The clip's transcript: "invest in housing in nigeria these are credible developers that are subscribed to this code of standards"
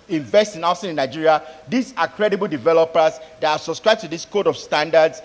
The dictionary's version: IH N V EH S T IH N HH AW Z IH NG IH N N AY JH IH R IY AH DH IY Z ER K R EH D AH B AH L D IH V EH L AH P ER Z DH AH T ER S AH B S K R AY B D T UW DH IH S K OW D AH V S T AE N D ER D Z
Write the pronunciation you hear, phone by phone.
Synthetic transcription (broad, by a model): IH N V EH S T IH N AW S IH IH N N AY JH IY R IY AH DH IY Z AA K R EH D AH B AH L D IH V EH L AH P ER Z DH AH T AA S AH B S K R AY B T UW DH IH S K OW D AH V S T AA N D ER D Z